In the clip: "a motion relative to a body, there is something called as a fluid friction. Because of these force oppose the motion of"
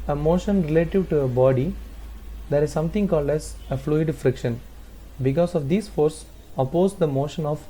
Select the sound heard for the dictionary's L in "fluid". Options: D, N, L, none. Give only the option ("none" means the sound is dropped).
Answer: L